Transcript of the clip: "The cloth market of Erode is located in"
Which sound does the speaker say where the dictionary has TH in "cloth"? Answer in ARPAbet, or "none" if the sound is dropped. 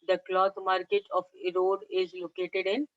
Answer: T